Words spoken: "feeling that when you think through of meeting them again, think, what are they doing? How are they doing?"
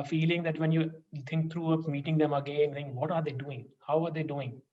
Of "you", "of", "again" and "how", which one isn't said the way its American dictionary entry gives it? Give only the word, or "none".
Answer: of